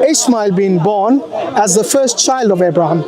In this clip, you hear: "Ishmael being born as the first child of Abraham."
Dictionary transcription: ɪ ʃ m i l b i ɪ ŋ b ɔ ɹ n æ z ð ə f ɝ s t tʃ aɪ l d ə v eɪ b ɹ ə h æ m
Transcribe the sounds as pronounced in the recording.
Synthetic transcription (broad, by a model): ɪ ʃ m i l b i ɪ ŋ b ɔ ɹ n æ z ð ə f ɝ s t tʃ aɪ l d ə v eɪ b ɹ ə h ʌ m